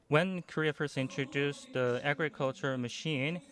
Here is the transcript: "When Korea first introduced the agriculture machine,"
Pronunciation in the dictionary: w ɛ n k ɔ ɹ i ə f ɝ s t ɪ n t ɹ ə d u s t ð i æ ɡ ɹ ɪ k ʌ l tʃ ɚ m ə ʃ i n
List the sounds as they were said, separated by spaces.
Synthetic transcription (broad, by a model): w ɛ n k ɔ ɹ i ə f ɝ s ɪ n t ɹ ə d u s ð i æ ɡ ɹ ɪ k ʌ l tʃ ɚ m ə ʃ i n